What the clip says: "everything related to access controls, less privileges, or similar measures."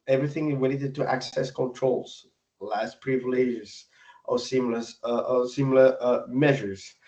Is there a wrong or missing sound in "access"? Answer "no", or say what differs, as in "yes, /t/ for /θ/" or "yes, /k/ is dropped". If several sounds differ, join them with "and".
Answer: no